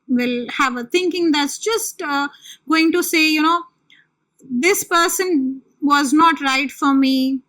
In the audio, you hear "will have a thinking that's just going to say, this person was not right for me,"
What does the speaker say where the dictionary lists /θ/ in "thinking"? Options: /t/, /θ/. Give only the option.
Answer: /t/